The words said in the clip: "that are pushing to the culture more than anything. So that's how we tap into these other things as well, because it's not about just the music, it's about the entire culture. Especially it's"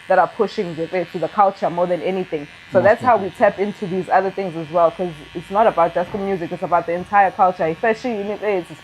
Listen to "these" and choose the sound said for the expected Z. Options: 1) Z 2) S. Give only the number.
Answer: 1